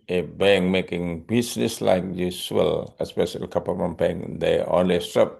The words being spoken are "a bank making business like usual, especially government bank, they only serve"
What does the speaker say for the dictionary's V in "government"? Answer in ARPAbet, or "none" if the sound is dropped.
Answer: P